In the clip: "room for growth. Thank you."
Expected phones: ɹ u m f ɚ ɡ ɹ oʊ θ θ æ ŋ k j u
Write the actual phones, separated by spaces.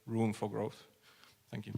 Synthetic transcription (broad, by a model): ɹ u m f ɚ ɡ ɹ oʊ θ θ æ ŋ k j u